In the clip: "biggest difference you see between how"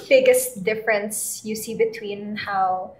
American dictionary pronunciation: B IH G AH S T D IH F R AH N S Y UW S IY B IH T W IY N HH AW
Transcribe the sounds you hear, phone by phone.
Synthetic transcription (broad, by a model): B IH G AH S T D IH F R AH N S Y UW S IY B IH T W IY N HH AW